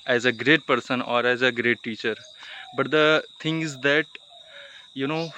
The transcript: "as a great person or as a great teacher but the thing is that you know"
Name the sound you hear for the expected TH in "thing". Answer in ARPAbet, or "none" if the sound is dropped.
T